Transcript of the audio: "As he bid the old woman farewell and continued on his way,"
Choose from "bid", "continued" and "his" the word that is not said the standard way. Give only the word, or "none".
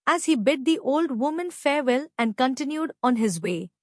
none